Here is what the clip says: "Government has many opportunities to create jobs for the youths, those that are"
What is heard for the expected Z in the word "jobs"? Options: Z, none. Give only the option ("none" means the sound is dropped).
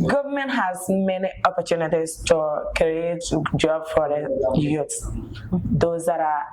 none